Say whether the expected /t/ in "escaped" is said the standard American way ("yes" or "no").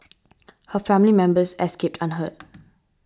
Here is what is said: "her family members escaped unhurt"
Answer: yes